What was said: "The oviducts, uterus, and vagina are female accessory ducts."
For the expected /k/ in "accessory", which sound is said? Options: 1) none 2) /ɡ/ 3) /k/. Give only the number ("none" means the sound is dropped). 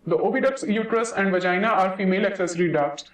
3